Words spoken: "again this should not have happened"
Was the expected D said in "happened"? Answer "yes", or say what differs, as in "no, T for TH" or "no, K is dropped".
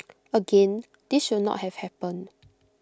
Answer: no, D is dropped